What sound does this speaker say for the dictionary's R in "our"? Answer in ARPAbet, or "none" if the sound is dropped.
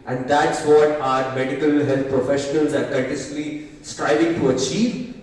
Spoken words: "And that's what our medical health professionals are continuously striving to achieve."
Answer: R